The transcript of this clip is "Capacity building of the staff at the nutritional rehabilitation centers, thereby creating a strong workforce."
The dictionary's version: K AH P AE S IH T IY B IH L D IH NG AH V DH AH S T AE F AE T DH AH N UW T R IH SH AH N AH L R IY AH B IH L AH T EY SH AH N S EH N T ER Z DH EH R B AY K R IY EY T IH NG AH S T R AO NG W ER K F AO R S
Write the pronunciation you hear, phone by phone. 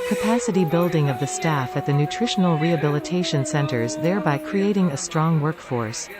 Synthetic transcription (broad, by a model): K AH P AE S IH T IY B IH L D IH NG AH V DH AH S T AE F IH T DH AH N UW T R IH SH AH N L R IY AH B IH L AH T EY SH AH N S EH N T ER Z DH EH R B AY K R IY EY T IH NG AH S T R AO NG W ER K F AO R S